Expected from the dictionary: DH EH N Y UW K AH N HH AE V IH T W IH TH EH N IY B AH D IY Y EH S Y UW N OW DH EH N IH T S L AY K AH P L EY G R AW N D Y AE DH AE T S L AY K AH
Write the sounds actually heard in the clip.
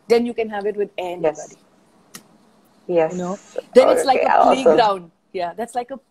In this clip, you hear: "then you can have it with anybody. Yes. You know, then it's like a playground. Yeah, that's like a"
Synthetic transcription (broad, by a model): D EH N Y UW K AH N HH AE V IH T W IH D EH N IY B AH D IY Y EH Y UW N OW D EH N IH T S L AY K AH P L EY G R AW N D Y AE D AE T S L AY K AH